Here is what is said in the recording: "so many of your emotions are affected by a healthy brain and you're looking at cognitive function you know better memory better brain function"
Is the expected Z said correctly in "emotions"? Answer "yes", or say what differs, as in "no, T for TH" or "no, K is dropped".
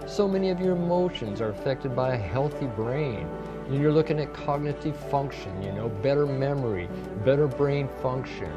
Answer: yes